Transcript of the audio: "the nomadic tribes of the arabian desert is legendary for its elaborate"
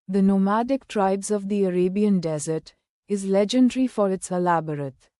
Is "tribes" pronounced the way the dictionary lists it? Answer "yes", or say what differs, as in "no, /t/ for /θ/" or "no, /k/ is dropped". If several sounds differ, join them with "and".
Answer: yes